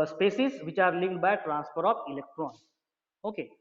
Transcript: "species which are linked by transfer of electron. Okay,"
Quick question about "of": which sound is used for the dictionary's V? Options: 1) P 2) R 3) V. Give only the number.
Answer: 1